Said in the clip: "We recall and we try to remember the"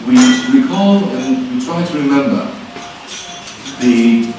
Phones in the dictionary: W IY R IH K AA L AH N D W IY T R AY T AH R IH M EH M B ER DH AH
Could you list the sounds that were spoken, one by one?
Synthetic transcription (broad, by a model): W IY W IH K AA L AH N W IY T R AY T AH R IH M EH M B ER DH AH